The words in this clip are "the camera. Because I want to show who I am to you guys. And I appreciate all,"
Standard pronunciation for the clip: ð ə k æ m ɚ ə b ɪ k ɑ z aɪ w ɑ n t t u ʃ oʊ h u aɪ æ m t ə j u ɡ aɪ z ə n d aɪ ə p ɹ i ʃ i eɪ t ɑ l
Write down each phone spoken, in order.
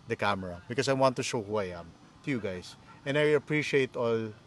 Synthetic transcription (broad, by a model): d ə k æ m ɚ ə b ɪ k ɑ s aɪ w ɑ n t t u ʃ oʊ h u aɪ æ m t ə j u ɡ aɪ s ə n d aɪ ə p ɹ i ʃ i eɪ t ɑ l